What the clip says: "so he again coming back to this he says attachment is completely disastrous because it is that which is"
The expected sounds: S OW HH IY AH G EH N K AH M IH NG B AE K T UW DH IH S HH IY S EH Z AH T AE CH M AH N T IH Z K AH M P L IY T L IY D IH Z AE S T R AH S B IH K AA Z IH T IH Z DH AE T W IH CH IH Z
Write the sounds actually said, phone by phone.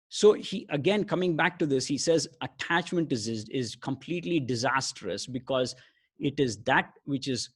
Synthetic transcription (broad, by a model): S OW HH IY AH G EH N K AH M IH NG B AE K T UW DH IH S HH IY S EH Z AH T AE CH M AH N T IH Z K AH M P L IY T L IY D IH Z AE S T R AH S B IH K AA Z IH T IH Z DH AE T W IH CH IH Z